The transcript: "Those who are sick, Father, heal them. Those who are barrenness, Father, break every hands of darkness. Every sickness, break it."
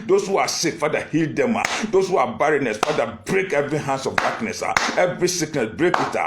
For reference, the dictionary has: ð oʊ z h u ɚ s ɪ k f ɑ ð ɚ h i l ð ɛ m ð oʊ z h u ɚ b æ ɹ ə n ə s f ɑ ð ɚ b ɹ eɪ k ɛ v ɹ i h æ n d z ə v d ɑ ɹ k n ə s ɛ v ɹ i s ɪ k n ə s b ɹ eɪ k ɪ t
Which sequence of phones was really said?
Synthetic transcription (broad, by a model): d oʊ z h u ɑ s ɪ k f ɑ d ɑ h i l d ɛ m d oʊ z h u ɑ b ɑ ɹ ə n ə s f ɑ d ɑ b ɹ eɪ k ɛ v ɹ i h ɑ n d s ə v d ɑ k n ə s ɛ v ɹ i s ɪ k n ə s b ɹ eɪ k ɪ t